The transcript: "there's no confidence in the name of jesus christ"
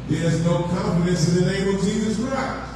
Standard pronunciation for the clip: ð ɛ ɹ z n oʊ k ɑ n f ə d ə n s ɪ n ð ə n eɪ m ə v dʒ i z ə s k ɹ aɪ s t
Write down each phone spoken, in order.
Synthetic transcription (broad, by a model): ð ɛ ɹ z n oʊ k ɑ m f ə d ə n s ɪ n ð ə n eɪ m ə v dʒ i z ə s k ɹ aɪ s t